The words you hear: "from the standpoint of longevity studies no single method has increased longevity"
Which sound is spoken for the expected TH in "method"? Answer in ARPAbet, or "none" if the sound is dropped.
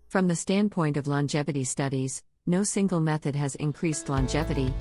TH